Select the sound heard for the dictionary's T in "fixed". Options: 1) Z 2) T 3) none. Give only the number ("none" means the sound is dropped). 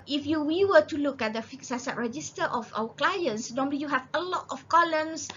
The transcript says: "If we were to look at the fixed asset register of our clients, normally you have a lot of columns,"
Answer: 3